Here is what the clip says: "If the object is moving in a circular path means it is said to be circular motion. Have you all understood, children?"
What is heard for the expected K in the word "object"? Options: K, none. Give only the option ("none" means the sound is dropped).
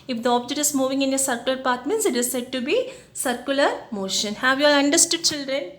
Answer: none